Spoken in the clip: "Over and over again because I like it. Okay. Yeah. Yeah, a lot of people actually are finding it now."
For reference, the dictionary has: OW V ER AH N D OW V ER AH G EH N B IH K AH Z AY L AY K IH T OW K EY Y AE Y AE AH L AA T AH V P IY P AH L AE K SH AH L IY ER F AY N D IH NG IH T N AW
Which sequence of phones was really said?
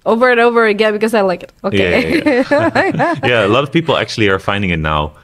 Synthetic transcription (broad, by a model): OW V ER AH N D OW V ER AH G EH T B IH K AH Z AY L AY K IH T OW UH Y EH Y AE AH L AA T AH V P IY P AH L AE K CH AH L IY ER F AY N D IH NG IH T N AW